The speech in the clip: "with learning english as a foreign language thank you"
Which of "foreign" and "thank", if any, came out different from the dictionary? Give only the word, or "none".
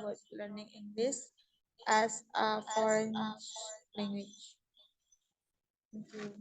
thank